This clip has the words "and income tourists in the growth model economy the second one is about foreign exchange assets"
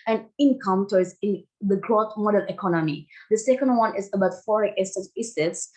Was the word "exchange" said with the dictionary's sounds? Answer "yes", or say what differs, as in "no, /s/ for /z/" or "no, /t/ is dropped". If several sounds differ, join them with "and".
no, /k/ is dropped